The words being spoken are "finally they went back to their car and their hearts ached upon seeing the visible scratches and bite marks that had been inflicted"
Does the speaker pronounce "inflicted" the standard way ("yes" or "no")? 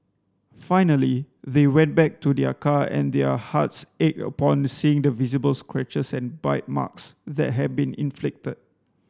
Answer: yes